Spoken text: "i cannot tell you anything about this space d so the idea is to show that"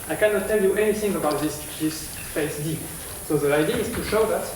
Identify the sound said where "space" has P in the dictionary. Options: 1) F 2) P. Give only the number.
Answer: 1